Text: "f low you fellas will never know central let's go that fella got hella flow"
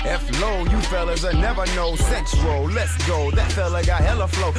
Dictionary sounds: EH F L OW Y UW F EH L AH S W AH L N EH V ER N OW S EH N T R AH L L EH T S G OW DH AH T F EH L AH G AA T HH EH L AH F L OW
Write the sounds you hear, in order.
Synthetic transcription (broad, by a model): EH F L OW Y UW F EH L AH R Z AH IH N EH V ER N OW S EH N S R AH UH L EH T S G OW DH AH T F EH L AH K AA HH EH L AH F L OW